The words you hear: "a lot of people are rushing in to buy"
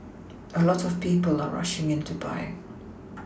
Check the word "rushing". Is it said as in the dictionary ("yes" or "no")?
yes